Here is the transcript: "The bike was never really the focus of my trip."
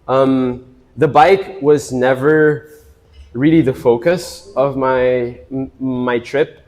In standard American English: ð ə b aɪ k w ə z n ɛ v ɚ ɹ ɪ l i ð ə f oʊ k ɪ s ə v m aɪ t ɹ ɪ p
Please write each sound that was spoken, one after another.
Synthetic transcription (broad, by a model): ð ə b aɪ k w ə z n ɛ v ɚ ɹ ɪ l i ð ə f oʊ k ɪ s ə v m aɪ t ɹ ɪ p